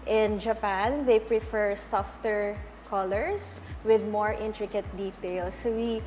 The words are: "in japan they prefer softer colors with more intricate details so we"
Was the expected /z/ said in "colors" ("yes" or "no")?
no